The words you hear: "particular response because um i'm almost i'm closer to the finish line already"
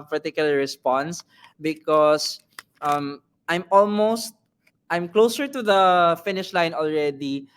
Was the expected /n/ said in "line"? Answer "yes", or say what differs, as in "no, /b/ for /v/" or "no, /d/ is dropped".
yes